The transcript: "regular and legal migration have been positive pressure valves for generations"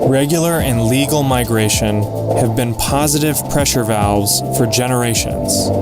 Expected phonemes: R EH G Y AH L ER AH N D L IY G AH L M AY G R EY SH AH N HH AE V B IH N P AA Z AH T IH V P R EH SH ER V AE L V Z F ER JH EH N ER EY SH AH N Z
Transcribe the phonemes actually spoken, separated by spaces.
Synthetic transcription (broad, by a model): R EH G Y L ER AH N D L IY G L M AY G R EY SH AH N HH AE V B IH N P AA Z AH T IH V P R EH SH ER V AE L Z F ER JH EH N ER EY SH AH N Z